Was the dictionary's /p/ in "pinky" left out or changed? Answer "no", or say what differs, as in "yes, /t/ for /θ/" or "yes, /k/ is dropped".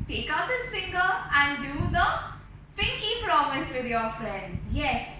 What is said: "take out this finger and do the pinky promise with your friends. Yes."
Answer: yes, /f/ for /p/